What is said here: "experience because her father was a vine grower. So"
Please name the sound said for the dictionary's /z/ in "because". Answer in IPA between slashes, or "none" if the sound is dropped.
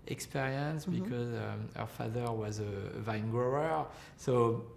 /z/